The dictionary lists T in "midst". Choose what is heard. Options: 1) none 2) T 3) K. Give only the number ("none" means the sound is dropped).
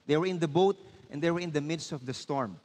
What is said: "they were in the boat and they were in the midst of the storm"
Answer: 2